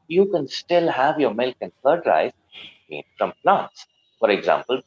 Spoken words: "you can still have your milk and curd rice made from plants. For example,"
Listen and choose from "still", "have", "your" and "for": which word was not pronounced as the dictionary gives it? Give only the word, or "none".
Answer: none